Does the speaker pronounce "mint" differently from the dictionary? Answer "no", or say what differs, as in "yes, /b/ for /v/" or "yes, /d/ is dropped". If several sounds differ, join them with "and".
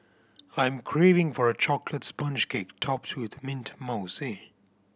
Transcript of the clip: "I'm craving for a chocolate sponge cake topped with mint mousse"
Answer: no